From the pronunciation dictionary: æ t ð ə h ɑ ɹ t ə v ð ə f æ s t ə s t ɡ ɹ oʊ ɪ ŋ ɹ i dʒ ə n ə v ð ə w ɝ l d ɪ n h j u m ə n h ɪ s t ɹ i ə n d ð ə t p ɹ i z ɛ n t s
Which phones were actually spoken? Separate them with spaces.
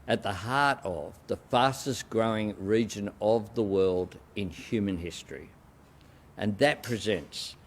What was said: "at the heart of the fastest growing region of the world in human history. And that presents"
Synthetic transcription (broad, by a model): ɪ t ð ə h ɑ ɹ t ə v ð ə f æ s t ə s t ɡ ɹ oʊ ɪ ŋ ɹ i dʒ ə n ə v ð ə w ɝ l d ɪ n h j u m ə n h ɪ s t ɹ i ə n ð ə t p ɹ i z ɛ n t s